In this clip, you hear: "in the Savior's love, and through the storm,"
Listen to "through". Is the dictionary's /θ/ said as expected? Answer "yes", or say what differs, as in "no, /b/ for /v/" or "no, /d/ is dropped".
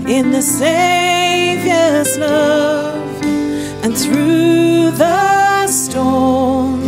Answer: yes